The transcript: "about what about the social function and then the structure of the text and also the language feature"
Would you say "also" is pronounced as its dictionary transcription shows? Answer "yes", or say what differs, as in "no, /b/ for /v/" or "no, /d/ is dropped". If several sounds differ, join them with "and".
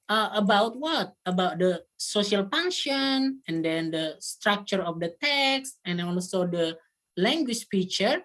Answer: no, /n/ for /l/